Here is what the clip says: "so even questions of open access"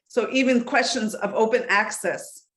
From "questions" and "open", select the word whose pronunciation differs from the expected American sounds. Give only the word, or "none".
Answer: none